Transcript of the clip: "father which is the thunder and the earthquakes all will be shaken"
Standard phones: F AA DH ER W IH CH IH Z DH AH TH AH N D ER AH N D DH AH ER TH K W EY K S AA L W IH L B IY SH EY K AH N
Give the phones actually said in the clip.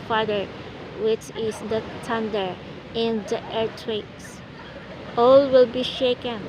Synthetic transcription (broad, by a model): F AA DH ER W IH CH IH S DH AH T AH N D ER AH N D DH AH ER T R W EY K S AA L W IH L B IY SH EY K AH N